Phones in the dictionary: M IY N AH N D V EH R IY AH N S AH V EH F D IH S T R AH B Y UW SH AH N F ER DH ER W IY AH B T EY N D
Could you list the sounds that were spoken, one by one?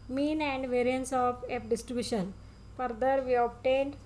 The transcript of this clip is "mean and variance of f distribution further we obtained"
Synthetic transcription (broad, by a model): M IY N AH N D V EH R IY AH N S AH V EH P D IH S T R AH B Y UW SH AH N F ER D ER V IY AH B T EY N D